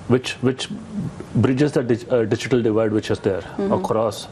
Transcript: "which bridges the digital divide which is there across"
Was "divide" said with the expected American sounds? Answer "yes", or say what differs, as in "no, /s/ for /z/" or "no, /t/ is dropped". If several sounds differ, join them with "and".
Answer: yes